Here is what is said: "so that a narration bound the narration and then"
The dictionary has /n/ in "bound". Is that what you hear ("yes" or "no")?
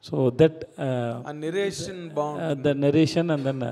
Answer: no